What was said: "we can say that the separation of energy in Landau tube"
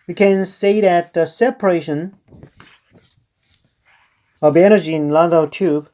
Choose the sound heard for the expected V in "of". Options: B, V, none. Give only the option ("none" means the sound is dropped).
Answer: B